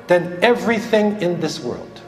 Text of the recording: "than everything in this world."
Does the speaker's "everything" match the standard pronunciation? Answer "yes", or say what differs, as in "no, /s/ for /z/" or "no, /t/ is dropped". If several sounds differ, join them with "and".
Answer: yes